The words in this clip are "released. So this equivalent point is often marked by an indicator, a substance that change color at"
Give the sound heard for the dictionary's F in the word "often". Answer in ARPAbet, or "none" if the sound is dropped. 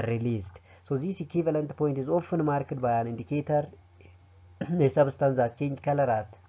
F